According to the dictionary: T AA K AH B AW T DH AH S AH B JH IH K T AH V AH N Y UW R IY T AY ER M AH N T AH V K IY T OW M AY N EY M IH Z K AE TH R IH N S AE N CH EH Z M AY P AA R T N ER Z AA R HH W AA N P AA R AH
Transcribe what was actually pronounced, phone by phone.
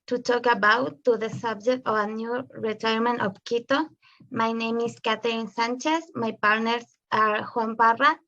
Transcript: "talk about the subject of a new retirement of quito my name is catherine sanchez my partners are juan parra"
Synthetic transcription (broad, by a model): T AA K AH B AW T DH AH S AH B JH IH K T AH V AH N Y UW R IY T AY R M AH N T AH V K IY T OW M AY N EY M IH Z K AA T R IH N S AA N CH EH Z M AY P AA R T N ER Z AA R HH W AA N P AA R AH